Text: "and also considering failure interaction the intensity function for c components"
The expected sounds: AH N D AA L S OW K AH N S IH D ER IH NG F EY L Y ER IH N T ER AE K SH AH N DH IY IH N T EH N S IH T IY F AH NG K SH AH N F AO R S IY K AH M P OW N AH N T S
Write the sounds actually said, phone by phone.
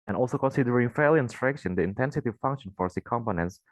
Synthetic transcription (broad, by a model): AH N AA L S OW K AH N S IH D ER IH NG F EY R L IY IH N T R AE K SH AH N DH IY IH N T EH N S IH T IY F AH NG K SH AH N F AO R S IY K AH M P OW N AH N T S